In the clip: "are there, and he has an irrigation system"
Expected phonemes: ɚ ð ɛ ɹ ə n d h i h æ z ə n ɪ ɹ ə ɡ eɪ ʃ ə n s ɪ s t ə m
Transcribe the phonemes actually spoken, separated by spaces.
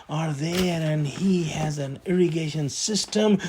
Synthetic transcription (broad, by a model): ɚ ð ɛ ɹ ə n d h i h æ z ə n ɪ ɹ ə ɡ eɪ ʃ ə n s ɪ s t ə m